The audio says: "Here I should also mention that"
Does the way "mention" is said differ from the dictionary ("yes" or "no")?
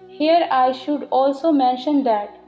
no